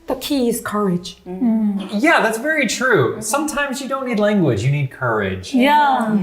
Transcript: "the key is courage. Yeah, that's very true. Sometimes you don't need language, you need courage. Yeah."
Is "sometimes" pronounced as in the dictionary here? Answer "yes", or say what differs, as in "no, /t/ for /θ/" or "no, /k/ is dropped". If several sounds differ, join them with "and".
yes